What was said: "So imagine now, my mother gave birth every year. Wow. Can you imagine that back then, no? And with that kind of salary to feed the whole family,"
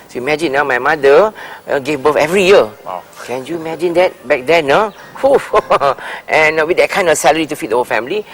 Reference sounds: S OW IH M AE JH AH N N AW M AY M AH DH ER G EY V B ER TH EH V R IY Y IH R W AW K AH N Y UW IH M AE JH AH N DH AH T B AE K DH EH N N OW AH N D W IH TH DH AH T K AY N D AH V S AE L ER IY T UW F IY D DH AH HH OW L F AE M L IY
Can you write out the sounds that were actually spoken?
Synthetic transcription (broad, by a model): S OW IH M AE JH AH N N AW M AY M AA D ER G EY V B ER F EH V R IY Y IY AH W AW K AH N Y UW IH M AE JH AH N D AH T B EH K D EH N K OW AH N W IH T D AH T K AY N D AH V S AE L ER IY T UW F IY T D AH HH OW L F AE M L IY